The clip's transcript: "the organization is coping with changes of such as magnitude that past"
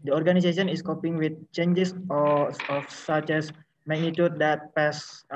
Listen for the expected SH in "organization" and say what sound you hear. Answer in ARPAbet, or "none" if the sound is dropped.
S